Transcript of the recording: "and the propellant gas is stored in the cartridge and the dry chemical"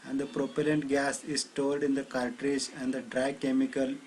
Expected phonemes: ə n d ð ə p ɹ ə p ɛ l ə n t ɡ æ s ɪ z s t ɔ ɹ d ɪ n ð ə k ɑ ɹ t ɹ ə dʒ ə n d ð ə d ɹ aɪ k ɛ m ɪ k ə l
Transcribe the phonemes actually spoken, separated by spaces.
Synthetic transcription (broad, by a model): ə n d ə p ɹ ə p ɛ l ə n t ɡ æ s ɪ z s t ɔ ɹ d ɪ n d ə k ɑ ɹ t ɹ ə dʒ ə n d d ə d ɹ aɪ k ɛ m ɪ k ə l